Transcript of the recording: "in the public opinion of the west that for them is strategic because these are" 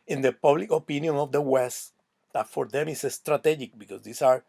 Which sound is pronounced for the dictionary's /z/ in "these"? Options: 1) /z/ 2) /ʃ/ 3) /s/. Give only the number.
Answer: 3